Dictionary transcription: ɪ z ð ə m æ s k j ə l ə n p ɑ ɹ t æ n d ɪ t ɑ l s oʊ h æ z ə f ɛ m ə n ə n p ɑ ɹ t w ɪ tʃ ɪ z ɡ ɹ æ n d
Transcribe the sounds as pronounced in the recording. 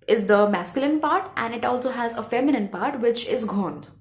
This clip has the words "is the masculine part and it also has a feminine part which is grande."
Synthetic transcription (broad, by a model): ɪ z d ə m æ s k j ə l ə n p ɑ ɹ t æ n d ɪ t ɑ l s oʊ h æ z ə f ɛ m ə n ə n p ɑ ɹ t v ɪ tʃ ɪ z ɡ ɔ n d